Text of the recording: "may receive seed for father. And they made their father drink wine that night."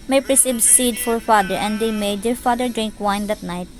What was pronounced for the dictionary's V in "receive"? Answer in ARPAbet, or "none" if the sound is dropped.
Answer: B